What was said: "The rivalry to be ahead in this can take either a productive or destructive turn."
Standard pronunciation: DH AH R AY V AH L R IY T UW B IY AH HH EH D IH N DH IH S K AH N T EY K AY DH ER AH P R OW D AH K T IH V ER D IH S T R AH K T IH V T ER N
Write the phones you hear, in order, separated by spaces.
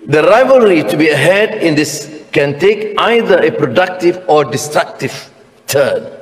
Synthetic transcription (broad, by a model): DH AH R AY V AH L R IY T UW B IY AH HH EH D IH N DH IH S K AH N T EY K AY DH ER AH P R OW D AH K T IH V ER D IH S T R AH K T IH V T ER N